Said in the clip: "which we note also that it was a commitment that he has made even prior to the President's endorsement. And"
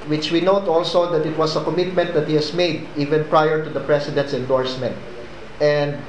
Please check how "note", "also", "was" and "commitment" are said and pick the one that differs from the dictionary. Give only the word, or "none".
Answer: was